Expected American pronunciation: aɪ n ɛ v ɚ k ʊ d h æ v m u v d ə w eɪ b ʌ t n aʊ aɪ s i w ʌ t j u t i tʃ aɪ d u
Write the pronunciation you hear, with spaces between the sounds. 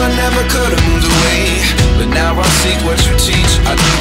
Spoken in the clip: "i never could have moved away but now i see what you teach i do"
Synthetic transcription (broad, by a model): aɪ n ɛ v ɚ k ʊ d m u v ə w eɪ b ʌ t n aʊ aɪ s i w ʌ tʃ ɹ t i tʃ aɪ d